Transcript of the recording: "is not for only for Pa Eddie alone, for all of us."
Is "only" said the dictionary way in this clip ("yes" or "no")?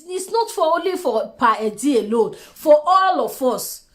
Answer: yes